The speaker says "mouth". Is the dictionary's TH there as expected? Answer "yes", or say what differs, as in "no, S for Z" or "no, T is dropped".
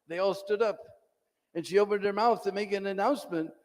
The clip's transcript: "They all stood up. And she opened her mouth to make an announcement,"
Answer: yes